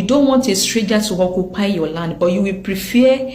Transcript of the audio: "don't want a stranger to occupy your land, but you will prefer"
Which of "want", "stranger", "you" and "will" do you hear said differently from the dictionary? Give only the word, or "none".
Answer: stranger